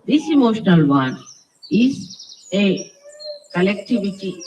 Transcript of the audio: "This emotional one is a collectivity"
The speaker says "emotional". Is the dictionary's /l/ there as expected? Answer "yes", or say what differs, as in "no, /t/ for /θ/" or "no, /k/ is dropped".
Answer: yes